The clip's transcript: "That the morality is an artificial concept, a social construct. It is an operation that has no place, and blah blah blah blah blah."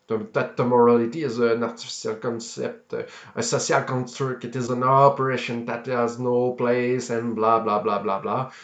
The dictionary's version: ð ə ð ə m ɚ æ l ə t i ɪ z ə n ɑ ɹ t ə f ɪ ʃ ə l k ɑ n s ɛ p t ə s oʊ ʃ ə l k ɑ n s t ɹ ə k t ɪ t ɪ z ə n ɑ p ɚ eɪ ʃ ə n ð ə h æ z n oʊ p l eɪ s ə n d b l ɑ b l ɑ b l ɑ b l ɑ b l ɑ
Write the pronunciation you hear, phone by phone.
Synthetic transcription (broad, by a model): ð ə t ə m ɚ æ l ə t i ɪ z ə n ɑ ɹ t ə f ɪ s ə l k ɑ n s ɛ p t ə s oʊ s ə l k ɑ n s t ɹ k ɪ t ɪ z ə n ɑ p ɚ eɪ ʃ ə n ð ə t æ z n oʊ p l eɪ s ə n b l ɑ b l ɑ b l ɑ b l ɑ b l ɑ